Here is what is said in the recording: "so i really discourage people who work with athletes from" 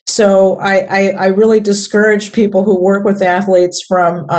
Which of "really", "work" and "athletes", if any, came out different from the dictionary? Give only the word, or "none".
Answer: none